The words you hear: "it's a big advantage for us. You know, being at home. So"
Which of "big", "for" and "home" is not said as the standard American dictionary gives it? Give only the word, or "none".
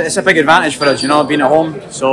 none